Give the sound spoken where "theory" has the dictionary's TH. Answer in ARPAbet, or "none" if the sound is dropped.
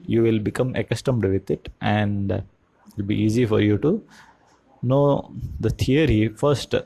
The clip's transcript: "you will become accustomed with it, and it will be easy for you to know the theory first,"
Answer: T